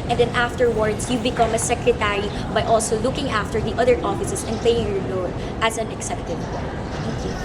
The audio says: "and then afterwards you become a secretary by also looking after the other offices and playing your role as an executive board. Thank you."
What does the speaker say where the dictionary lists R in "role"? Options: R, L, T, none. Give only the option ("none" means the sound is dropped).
L